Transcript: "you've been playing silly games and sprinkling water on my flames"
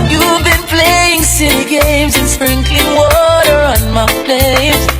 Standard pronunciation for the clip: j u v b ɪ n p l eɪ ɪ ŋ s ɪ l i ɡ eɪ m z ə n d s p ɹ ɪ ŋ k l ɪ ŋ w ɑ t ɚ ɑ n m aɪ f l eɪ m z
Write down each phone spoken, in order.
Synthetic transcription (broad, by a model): j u v b ɪ n p l eɪ ɪ ŋ s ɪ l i ɡ eɪ m z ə n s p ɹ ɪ ŋ k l ɪ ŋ w ɑ t ɚ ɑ n m aɪ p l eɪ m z